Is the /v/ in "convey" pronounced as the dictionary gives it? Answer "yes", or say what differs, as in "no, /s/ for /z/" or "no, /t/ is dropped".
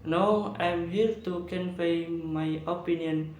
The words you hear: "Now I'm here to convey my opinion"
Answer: no, /p/ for /v/